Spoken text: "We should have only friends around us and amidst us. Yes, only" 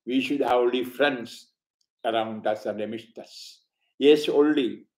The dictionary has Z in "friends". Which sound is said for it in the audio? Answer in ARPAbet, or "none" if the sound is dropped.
S